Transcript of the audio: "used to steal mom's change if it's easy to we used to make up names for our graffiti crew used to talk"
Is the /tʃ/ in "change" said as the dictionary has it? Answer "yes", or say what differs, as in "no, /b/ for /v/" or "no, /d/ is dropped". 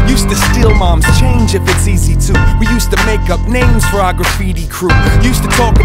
yes